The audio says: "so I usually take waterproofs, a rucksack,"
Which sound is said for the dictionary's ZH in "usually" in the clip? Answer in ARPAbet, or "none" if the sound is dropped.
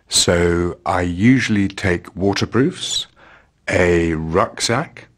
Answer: ZH